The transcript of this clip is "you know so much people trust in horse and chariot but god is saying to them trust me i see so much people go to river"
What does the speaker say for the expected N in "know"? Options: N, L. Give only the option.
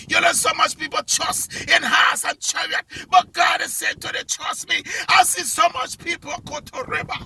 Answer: L